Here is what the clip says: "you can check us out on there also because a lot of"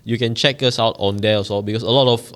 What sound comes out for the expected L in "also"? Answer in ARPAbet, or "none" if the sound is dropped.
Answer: none